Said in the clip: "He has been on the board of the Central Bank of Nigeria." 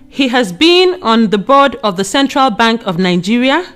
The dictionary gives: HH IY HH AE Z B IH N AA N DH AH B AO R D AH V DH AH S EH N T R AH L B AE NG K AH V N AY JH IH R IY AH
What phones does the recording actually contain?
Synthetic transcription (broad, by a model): HH IY HH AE Z B IH N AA N DH AH B AO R D AH V DH AH S EH N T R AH L B AE NG K AH V N AY JH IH R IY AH